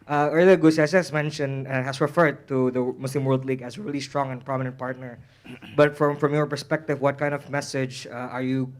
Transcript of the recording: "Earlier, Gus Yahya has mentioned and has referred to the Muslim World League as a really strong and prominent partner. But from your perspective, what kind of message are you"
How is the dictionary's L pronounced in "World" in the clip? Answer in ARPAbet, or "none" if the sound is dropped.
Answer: L